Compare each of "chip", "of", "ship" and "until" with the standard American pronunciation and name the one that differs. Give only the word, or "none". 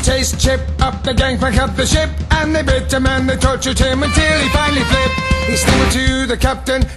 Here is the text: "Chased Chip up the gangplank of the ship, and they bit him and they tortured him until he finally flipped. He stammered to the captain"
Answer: of